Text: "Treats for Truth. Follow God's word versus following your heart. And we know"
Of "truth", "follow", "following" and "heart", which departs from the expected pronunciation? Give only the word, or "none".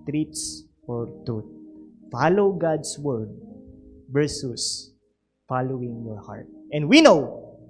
truth